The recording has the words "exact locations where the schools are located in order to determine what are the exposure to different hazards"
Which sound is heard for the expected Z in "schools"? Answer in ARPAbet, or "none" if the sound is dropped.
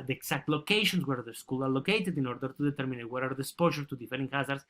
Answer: none